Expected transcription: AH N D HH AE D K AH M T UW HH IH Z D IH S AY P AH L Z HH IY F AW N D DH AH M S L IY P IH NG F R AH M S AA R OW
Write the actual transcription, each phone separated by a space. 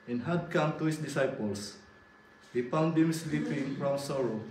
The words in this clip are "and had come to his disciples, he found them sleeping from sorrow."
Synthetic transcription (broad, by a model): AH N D HH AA D K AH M T UW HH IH S D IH S AY P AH L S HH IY P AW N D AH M S L IY P IH NG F R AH M S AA R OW